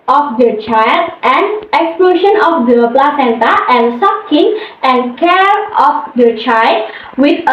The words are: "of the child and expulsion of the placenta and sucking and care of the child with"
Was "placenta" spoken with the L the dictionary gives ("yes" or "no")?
yes